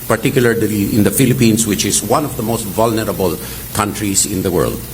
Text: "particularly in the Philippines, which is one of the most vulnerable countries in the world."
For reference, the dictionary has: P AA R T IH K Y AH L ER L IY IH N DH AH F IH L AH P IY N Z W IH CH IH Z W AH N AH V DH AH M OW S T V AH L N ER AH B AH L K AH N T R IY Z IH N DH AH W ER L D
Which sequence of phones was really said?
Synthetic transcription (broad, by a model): P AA R T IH K Y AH L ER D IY IH N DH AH F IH L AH P IY N S W IH CH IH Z W AH N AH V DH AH M OW S T V AH L N ER AH B AH L K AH N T R IY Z IH N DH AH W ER L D